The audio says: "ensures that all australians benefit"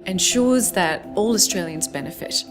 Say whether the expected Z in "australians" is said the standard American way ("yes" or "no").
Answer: yes